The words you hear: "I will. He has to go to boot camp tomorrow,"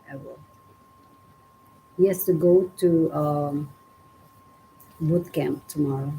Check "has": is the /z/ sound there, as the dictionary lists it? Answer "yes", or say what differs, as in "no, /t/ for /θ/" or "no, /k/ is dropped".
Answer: no, /s/ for /z/